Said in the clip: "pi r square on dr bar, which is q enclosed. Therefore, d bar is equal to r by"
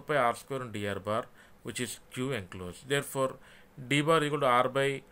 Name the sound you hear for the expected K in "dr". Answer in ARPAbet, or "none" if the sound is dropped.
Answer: none